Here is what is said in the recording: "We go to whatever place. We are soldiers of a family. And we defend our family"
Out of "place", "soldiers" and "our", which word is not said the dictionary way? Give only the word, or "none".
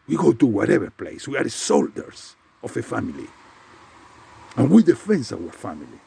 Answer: soldiers